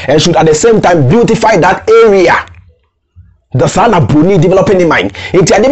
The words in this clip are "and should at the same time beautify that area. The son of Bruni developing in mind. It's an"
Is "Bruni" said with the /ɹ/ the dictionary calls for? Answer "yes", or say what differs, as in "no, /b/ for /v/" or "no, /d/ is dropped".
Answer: no, /ɹ/ is dropped